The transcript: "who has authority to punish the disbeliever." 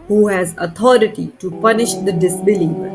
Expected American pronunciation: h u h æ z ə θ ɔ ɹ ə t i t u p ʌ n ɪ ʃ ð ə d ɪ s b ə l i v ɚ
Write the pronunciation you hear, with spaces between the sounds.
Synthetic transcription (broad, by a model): h u h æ z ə t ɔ ɹ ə t i t u p ʌ n ɪ ʃ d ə d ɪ s b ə l i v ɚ